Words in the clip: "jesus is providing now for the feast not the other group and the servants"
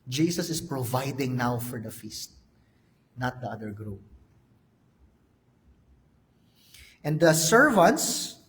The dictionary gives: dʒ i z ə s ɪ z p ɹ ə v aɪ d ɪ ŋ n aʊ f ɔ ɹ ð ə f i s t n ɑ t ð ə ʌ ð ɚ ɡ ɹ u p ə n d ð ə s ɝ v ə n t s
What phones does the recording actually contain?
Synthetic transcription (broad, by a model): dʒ i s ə s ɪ s p ɹ ə v aɪ d ɪ ŋ n aʊ f ɔ ɹ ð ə f i s t n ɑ t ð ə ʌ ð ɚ ɡ ɹ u ə n d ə s ɝ v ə n t s